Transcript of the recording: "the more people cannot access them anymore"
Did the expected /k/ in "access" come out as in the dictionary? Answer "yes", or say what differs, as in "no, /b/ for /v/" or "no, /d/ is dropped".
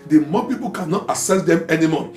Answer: no, /k/ is dropped